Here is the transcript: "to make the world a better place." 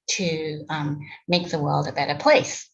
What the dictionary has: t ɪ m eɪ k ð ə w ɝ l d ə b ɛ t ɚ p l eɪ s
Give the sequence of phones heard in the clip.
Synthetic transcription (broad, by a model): t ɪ m eɪ k ð ə w ɝ l d ə b ɛ t ɚ p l eɪ s